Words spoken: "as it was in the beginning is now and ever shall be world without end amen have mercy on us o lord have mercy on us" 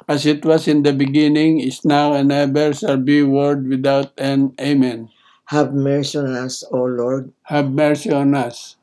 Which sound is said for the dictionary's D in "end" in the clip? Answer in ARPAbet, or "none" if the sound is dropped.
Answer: none